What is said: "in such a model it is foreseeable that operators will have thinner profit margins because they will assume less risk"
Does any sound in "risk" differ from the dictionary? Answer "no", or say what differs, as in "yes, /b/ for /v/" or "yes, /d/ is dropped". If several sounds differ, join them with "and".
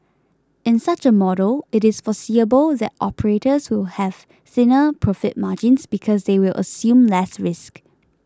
no